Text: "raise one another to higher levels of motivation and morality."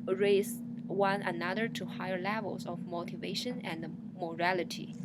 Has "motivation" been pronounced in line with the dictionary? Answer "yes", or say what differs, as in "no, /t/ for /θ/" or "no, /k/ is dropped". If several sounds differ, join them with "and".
yes